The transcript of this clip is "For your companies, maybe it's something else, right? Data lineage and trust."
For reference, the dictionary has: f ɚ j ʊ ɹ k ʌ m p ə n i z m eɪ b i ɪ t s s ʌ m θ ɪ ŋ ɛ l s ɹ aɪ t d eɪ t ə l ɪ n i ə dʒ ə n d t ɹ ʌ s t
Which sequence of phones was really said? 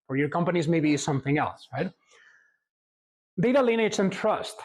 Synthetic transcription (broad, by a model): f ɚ j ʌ ɹ k ʌ m p ə n i z m eɪ b i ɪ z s s ʌ m θ ɪ ŋ ɛ l s ɹ aɪ t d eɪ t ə l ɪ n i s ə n t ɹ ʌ s t